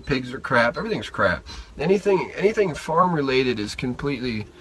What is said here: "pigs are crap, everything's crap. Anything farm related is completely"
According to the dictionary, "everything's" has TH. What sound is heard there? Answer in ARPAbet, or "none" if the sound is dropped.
TH